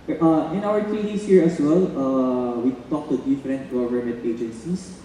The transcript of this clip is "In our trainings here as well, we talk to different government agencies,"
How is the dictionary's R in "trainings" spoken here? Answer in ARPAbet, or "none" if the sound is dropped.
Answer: none